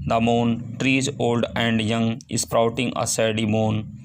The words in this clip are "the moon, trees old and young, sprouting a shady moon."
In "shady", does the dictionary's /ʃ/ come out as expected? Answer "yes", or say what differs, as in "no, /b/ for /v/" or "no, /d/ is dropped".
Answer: no, /s/ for /ʃ/